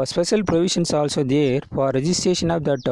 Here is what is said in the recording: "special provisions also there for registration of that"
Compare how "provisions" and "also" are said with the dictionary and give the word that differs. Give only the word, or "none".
provisions